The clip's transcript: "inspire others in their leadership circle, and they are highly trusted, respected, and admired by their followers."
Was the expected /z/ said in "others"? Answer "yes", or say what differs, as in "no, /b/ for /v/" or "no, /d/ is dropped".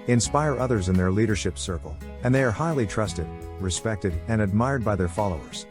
yes